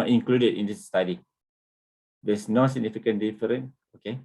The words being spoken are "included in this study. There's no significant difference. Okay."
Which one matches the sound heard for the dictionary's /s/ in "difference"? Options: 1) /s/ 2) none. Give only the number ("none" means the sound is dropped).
2